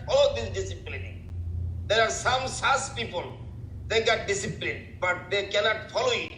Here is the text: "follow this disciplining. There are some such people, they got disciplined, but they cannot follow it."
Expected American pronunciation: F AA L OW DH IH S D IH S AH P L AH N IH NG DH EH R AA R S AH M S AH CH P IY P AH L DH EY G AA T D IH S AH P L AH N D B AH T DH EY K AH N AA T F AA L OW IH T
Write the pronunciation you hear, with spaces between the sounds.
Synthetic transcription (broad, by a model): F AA L OW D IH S D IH S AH P L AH N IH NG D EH R AA R S AH M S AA S P IY P AH L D EY G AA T D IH S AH P L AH N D B AH T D EY K AH N AA T F AA L OW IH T